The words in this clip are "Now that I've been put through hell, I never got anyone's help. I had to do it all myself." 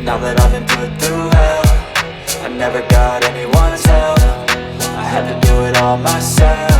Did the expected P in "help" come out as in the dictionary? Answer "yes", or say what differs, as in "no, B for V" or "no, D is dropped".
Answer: no, F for P